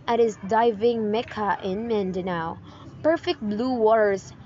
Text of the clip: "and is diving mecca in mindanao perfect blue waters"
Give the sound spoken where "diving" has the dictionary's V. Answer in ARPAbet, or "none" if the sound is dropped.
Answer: V